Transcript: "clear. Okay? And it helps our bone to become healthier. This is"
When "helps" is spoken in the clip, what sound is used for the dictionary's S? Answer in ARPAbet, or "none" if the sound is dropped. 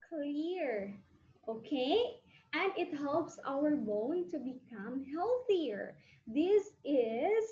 S